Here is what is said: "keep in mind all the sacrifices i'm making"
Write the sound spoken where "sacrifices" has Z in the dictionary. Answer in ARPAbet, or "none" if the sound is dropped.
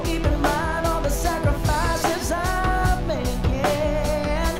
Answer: Z